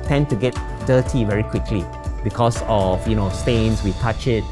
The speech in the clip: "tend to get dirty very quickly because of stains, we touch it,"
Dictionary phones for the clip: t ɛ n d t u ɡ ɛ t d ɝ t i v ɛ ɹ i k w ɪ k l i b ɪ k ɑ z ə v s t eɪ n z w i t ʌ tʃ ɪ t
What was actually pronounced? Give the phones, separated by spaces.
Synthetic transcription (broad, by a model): t ɛ n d t u ɡ ɛ t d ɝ t i v ɛ ɹ i k w ɪ k l i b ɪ k ɑ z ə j s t eɪ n s w i t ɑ tʃ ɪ t